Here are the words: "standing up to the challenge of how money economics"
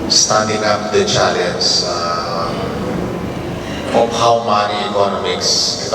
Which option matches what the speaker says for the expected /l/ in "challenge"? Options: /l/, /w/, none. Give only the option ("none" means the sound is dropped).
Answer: none